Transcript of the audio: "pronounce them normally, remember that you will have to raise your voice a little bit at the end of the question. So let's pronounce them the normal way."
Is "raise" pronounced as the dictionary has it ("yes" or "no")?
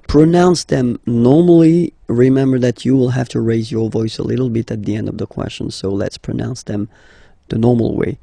yes